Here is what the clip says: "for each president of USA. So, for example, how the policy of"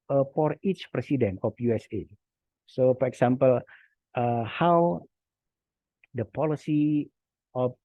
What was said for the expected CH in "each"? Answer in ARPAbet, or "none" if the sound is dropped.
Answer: CH